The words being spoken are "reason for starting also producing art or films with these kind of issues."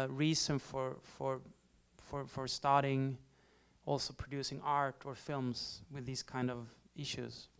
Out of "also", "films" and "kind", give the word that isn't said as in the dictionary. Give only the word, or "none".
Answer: none